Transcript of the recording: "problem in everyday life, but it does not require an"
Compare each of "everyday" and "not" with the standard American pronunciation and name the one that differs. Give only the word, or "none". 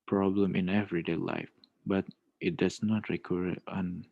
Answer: none